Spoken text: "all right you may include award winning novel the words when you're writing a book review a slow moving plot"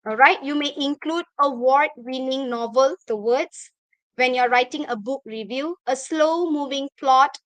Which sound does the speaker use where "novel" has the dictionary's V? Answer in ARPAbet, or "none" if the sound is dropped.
V